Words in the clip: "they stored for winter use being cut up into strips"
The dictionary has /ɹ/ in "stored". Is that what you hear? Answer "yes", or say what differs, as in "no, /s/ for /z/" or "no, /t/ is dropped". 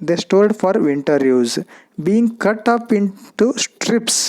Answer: no, /l/ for /ɹ/